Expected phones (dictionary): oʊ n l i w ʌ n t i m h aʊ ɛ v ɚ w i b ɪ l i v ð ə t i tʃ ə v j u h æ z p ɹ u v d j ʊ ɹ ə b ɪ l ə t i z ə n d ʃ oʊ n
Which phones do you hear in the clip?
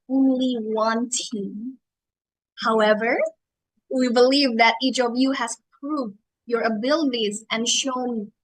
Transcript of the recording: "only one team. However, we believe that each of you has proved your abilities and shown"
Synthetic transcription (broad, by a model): oʊ n l i w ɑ n t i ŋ h aʊ ɛ v ɚ w i b ɪ l i v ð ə t i tʃ ə v j u h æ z p ɹ u v d j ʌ ɹ ə b ɪ l ə t i z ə n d ʃ oʊ n